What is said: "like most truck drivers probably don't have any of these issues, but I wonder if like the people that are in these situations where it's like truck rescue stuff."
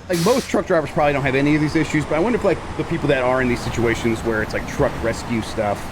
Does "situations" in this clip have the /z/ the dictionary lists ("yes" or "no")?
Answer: yes